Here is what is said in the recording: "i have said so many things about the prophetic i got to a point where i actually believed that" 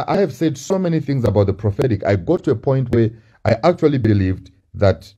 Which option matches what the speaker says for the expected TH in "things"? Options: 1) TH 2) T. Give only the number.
1